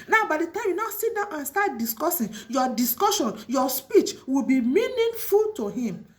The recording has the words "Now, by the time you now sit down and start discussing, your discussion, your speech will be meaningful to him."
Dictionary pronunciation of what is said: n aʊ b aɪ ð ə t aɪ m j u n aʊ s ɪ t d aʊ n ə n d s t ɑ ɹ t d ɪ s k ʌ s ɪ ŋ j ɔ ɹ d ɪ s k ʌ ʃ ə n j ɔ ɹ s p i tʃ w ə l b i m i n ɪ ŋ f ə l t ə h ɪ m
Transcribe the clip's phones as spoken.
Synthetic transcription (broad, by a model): n aʊ b aɪ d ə t aɪ m j u n aʊ s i t d aʊ n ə n s t ɑ t d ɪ s k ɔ s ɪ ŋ j ɔ d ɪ s k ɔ ʃ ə n j ɔ s p i tʃ w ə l b i m i n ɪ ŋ f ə l t ə h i m